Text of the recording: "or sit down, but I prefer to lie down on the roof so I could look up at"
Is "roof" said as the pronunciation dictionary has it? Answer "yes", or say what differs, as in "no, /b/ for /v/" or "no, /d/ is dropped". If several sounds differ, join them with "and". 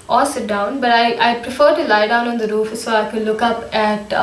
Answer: yes